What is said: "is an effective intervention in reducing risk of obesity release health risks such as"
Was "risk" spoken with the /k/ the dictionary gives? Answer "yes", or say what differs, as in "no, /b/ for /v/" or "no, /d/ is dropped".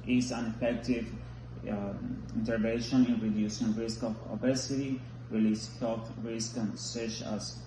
yes